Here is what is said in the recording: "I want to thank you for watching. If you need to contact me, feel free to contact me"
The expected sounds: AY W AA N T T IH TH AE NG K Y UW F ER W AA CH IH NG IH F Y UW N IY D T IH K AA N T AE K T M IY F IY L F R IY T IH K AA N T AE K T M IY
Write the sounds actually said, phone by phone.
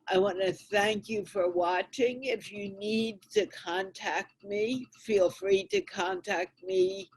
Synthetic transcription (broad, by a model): AY W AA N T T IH TH AE NG K Y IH F ER W AA CH IH NG IH F Y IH N IY D T IH K AA N T AE K T M IY F IY L F R IY T IH K AA N T AE K T M IY